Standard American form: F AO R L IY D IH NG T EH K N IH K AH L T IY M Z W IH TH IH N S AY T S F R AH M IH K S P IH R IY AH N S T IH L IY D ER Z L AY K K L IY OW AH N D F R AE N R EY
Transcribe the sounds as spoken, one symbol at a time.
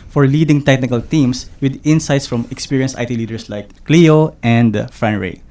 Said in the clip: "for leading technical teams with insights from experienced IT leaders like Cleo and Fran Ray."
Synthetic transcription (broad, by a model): F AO R L IY D IH NG T EH K N IH K AH L T IY M S W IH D IH N S AY T S F R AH M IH K S P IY R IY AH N S T IH L IY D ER S L AY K K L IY OW AH N D F R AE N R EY